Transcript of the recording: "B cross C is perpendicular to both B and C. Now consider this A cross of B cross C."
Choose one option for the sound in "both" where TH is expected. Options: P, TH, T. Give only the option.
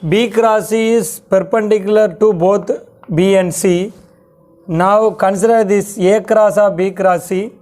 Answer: T